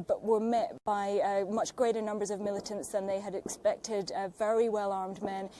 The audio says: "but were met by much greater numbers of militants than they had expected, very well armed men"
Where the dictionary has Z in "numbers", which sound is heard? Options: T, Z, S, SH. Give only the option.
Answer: Z